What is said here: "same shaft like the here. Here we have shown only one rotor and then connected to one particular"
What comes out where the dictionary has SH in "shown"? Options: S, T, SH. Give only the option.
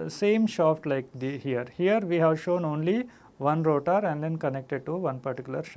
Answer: SH